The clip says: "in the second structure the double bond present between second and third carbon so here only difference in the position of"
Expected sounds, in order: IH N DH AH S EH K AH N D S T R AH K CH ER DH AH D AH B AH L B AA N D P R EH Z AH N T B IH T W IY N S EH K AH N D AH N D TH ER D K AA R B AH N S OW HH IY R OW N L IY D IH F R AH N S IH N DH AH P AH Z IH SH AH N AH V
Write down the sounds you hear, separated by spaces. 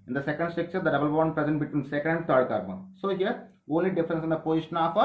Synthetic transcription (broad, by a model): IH N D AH S EH K AH N D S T AH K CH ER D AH D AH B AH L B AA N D P R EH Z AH N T B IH T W IY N S EH K AH N D AH N D T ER D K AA R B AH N S OW HH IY R OW N L IY D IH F R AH N S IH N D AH P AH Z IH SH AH N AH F